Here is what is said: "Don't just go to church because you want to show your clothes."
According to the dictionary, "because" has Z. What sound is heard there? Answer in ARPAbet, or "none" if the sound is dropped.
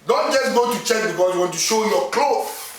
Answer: S